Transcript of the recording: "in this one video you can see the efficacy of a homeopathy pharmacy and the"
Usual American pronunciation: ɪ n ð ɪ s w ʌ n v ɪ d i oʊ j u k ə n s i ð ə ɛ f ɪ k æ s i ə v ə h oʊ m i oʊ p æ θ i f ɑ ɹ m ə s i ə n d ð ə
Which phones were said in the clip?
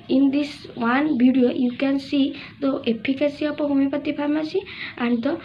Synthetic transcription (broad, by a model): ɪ n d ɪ s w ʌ n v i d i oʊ j u k ə n s i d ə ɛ p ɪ k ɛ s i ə p ə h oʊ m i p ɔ t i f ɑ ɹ m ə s i ə n d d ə